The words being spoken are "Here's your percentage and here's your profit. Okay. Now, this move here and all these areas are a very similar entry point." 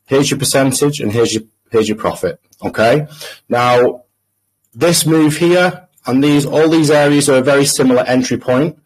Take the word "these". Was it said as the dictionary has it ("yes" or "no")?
yes